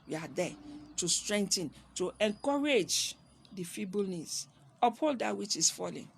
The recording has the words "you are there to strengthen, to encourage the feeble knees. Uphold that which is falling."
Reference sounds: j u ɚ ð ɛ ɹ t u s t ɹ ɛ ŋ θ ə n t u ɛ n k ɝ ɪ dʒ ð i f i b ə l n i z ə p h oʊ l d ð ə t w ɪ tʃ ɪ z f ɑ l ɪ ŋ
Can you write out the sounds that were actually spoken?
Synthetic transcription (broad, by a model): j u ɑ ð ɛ t u s t ɹ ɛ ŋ t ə n t u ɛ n k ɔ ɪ dʒ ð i f i b ə l n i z ə p h oʊ l d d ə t w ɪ tʃ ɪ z f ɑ l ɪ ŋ